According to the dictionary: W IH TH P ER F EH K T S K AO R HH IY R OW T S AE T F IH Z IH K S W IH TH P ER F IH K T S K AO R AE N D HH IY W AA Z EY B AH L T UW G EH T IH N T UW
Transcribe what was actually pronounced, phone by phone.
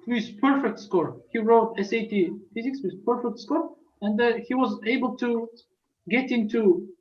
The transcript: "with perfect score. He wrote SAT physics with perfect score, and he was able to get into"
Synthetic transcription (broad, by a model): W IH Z P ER F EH K T S K AO R HH IY R OW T S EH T F IH Z IH K S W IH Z P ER F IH K T S K AO R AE N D HH IY W AA Z EY B AH L T UW G EH T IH N T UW